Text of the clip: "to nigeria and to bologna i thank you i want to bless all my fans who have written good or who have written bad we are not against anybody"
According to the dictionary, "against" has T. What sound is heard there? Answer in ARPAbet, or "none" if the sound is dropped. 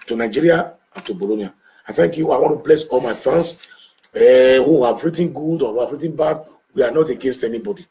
T